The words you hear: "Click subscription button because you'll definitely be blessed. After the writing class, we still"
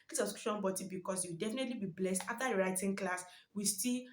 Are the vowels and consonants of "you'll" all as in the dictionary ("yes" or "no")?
no